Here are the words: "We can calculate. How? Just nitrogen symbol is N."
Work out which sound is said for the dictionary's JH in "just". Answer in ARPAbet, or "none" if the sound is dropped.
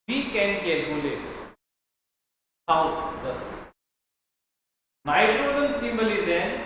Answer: Z